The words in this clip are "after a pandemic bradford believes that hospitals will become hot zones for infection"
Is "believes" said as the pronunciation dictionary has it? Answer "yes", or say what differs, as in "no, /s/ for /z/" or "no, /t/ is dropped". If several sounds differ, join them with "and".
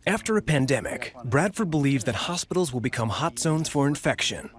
yes